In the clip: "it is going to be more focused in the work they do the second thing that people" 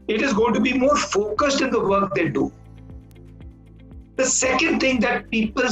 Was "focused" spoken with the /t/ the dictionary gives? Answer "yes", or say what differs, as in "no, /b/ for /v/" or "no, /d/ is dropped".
yes